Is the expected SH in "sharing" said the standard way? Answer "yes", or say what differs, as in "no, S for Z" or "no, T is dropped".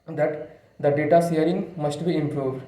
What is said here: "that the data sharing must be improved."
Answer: no, S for SH